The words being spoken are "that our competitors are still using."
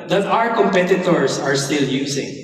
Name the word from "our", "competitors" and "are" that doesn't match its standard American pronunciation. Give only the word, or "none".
competitors